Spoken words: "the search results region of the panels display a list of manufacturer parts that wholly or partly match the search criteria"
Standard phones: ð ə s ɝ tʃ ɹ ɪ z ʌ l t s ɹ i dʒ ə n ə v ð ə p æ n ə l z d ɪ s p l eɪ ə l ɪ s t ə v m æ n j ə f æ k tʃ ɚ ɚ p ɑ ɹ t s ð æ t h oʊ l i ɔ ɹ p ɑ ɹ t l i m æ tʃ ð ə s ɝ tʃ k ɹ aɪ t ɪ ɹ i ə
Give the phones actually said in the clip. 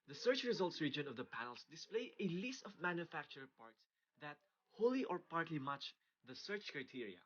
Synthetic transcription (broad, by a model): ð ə s ɝ tʃ ɹ ɪ z ʌ l t s ɹ i dʒ ə n ə v ð ə p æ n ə l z d ɪ s p l eɪ ə l ɪ s t ə v m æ n j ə f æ k tʃ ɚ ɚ p ɑ ɹ t s ð æ t h oʊ l i ɔ ɹ p ɑ ɹ t l i m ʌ tʃ ð ə s ɝ tʃ k ɹ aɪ t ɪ ɹ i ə